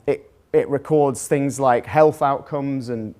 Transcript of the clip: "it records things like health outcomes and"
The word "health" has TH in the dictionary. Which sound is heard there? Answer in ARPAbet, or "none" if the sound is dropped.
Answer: TH